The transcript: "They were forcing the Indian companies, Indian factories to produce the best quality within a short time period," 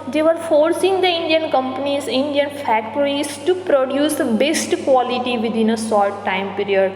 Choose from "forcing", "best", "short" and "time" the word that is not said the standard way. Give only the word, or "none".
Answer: short